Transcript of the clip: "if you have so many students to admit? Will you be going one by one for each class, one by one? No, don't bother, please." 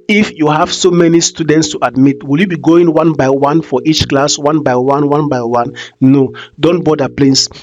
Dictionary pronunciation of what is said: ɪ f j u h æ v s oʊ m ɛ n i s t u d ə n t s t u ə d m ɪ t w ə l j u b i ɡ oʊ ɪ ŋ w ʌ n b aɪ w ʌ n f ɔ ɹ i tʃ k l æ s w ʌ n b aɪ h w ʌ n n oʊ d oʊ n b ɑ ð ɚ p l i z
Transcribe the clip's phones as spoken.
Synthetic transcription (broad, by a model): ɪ f j u h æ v s oʊ m ɛ n i s t u d ə n t s t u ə d m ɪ t w ə l j u b i ɡ oʊ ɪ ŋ w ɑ n b aɪ w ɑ n f ɔ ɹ i tʃ k l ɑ s w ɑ n b aɪ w w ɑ n n oʊ d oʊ n b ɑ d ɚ p l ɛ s